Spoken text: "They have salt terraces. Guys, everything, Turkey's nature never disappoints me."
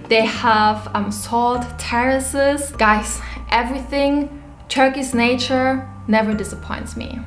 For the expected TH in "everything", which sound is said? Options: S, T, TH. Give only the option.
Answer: TH